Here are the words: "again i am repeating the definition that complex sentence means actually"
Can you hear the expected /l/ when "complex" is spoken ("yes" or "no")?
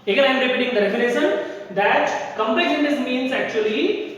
no